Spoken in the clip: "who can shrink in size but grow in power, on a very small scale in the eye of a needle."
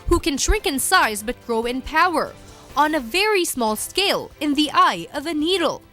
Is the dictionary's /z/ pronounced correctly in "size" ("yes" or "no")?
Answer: yes